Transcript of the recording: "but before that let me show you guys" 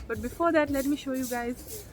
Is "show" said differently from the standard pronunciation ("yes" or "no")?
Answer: no